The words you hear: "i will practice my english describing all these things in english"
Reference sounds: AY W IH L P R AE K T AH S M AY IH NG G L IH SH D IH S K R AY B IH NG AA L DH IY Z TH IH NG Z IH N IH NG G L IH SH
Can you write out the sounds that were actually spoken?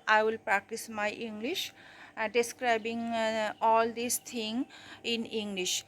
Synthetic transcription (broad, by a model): AY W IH L P R AE K T AH S M AY IH NG G L IH SH D IH S K R AY B IH NG AA L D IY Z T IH NG IH N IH NG G L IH SH